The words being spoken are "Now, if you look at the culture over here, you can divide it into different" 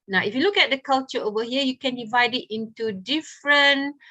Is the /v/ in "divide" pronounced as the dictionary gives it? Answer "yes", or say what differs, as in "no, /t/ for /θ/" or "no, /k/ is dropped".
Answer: yes